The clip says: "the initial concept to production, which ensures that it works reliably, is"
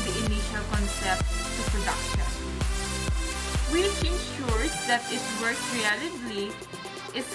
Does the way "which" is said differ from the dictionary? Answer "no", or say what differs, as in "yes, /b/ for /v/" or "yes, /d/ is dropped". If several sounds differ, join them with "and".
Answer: yes, /s/ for /tʃ/